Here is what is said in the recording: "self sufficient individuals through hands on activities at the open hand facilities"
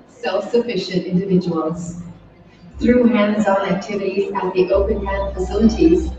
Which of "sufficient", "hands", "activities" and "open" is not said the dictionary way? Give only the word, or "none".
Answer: none